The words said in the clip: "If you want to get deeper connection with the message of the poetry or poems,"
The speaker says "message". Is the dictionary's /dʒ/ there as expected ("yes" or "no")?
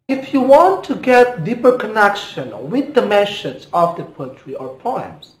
no